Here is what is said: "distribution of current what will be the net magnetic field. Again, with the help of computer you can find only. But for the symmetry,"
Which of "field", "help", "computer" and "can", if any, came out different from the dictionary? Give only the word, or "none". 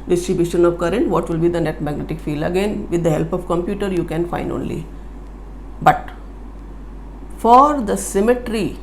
none